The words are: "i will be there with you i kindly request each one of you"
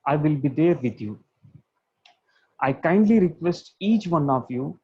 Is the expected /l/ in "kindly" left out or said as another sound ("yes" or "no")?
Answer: no